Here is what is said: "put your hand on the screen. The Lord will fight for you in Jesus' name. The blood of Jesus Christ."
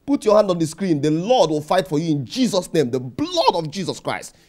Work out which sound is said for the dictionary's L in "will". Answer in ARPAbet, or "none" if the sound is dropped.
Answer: L